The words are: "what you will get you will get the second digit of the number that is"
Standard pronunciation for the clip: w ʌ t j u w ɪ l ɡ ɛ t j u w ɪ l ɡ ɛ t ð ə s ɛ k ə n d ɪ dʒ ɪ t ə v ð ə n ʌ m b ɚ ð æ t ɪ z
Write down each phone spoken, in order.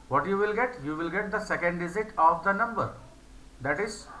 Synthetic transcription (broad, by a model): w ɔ t j u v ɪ l ɡ ɛ t j u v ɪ l ɡ ɛ t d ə s ɛ k ə n d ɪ z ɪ t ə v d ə n ʌ m b ɚ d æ t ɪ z